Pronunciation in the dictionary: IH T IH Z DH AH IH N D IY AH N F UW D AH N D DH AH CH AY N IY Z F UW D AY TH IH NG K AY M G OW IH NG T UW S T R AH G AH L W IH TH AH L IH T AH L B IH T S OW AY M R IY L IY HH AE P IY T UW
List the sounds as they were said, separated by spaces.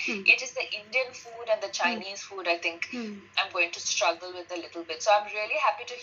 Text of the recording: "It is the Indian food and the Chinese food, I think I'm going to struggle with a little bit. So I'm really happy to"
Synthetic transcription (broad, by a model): IH T IH Z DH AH IH N D IY AH N F UW D AH N D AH CH AY N IY Z F UW D AY T IH NG K AY M G OW IH NG T UW S T R AH G AH L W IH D AH L IH T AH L B IH T S OW AY M R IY L IY HH AE P IY T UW